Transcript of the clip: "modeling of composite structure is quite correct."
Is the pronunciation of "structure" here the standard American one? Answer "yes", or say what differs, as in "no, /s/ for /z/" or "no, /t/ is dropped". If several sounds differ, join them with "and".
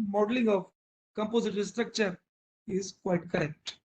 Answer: yes